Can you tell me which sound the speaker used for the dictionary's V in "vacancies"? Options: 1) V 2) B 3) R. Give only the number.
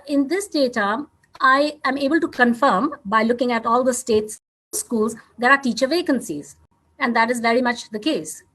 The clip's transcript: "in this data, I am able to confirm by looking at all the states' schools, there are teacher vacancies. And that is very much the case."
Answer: 1